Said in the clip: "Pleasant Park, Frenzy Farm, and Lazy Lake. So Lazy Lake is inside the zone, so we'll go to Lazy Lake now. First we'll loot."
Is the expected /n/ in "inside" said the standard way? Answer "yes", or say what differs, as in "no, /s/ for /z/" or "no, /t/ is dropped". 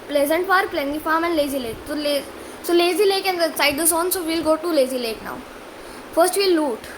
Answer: no, /n/ is dropped